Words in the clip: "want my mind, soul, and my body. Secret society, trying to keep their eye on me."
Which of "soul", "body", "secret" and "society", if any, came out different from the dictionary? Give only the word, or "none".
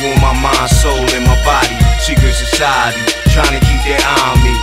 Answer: secret